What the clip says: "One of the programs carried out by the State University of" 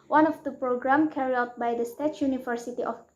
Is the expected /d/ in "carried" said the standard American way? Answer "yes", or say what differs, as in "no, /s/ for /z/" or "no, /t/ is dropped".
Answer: no, /d/ is dropped